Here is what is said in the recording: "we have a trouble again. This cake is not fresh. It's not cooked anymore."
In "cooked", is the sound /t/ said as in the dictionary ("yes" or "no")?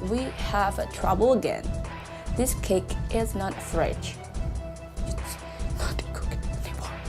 no